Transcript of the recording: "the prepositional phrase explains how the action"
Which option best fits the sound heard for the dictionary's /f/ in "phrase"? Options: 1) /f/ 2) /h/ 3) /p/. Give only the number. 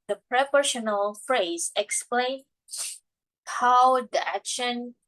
1